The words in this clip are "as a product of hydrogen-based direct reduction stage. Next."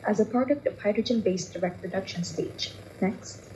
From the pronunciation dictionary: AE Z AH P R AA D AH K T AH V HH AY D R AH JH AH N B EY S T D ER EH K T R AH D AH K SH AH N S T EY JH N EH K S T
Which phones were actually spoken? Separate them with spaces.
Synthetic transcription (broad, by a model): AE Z AH P R AA D AH K T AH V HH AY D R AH JH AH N B EY S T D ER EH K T R AH D AH K SH AH N S T EY JH N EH K S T